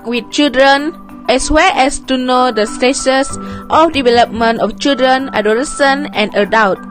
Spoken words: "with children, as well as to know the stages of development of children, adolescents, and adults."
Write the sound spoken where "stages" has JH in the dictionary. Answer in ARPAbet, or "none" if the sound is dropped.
SH